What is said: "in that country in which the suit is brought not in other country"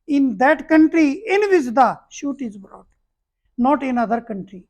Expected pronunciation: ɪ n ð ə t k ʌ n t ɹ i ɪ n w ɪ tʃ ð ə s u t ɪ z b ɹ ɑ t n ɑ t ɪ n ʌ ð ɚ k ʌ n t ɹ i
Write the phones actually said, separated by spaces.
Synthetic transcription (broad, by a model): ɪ n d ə t k ʌ n t ɹ i ɪ n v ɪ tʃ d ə ʃ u t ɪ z b ɹ ɑ t n ɑ t ɪ n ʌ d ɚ k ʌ n t ɹ i